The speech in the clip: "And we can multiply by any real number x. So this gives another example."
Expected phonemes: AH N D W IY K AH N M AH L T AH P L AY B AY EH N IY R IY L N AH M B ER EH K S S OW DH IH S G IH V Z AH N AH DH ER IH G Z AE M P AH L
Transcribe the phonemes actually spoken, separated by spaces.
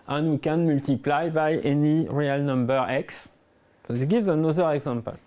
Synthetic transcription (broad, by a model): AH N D W IY K AH N M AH L T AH P L AY B AY EH N IY R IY L N AH M B ER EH K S S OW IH G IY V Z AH N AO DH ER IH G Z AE M P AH L